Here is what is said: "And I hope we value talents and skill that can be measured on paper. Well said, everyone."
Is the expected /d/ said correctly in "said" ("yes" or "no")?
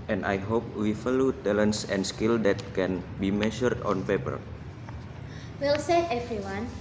no